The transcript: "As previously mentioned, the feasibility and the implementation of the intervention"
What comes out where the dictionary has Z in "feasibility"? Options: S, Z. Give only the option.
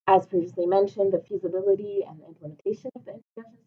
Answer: Z